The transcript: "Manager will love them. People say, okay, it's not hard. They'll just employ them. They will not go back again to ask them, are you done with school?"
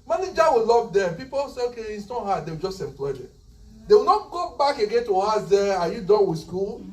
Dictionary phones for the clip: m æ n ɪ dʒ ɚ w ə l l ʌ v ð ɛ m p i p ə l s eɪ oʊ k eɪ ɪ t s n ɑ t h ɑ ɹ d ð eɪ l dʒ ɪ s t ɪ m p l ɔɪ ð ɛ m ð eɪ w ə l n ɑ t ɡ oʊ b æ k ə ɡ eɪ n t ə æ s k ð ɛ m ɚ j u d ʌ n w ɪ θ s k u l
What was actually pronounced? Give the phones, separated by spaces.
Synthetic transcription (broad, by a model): m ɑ n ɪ dʒ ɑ w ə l l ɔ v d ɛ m p i p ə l s eɪ oʊ k eɪ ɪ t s n ɑ t h ɑ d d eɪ w dʒ ɪ s t ɪ m p l ɔɪ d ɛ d eɪ w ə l n ɑ t ɡ oʊ b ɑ k ə ɡ eɪ n t ə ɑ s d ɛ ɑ j u d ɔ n w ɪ s k u l